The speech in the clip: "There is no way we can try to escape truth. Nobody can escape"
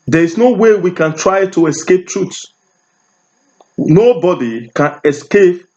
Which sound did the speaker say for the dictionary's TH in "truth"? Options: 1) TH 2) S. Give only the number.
2